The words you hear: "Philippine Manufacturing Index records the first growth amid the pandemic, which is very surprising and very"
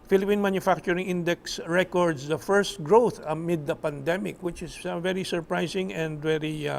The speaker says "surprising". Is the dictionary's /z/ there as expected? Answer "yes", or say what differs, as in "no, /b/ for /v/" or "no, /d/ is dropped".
no, /s/ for /z/